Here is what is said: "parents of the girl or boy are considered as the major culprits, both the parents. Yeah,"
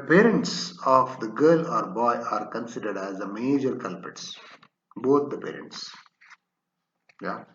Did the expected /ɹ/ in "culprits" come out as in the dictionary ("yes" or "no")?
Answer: no